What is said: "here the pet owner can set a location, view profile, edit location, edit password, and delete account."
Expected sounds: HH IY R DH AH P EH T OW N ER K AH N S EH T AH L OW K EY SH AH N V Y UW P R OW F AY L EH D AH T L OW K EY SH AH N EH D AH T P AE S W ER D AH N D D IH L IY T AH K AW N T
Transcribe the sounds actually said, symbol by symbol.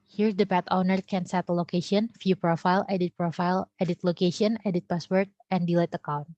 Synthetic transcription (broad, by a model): HH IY R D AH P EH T OW N ER K AH N S EH T AH L OW K EY SH AH N F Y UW P R OW F AY L EH D AH T L OW K EY SH AH N EH D AH T P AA S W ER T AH N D D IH L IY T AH K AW N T